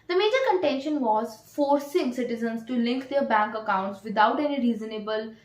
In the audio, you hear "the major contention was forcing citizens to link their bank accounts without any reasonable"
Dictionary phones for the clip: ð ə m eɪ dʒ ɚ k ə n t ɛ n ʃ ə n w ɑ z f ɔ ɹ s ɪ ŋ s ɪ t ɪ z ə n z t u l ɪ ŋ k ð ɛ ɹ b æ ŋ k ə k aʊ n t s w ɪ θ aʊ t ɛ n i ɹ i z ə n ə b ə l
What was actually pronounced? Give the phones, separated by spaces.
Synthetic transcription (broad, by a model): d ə m eɪ dʒ ɚ k ə n t ɛ n ʃ ə n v ɑ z f ɔ ɹ s ɪ ŋ s ɪ t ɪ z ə n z t u l ɪ ŋ k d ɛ ɹ b æ ŋ k ə k aʊ n t s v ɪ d aʊ t ɛ n i ɹ i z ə n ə b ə l